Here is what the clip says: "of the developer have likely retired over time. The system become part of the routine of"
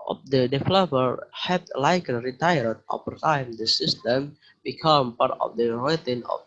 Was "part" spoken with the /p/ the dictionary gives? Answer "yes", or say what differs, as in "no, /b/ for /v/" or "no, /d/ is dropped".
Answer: yes